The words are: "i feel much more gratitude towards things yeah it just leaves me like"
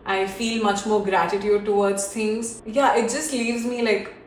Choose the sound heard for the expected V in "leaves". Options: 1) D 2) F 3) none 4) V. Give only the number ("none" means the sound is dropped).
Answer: 4